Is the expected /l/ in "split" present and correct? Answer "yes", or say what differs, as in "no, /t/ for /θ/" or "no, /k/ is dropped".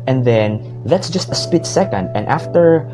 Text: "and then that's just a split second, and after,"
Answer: no, /l/ is dropped